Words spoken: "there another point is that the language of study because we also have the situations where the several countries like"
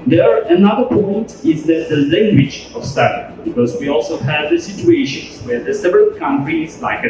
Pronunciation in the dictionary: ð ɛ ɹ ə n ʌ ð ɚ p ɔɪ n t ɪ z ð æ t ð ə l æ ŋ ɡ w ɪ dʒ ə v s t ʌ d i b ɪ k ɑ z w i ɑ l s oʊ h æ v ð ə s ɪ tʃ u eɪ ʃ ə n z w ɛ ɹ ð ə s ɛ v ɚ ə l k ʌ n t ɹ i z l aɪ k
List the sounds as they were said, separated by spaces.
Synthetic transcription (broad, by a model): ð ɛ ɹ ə n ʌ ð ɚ p ɔɪ n t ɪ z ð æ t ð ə l æ ŋ ɡ w ɪ dʒ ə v s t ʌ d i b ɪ k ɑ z w i ɑ l s oʊ h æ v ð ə s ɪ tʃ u eɪ ʃ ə n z w ɛ ɹ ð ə s ɛ v ɚ ə l k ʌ n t ɹ i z l aɪ k